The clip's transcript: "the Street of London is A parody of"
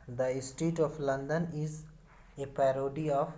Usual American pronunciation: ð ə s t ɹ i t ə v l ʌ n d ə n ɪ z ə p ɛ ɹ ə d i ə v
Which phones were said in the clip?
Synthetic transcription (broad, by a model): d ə s t i t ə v l ʌ n d ə n ɪ z ə p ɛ ɹ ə d i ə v